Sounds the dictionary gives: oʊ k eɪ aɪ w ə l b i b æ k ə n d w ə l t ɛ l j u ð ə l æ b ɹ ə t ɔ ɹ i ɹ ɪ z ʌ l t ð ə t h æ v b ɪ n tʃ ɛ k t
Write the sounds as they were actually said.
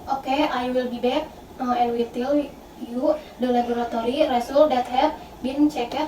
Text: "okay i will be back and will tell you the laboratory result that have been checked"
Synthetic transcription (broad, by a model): oʊ k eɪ aɪ w ə l b i b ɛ k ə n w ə t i l j u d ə l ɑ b ɹ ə t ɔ ɹ i ɹ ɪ s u l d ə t h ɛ p b ɪ n tʃ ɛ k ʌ